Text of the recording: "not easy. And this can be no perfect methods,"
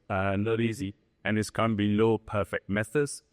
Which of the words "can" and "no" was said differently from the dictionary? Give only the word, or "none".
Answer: no